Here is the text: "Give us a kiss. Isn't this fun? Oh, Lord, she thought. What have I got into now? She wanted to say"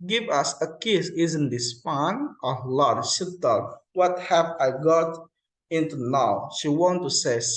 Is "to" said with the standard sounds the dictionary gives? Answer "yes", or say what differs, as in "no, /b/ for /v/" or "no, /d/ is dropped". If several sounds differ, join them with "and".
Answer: no, /s/ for /t/